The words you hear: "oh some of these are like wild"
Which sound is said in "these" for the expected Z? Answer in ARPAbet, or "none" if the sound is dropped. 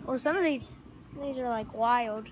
Z